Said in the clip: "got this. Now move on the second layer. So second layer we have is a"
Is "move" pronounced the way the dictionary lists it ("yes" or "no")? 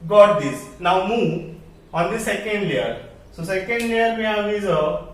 no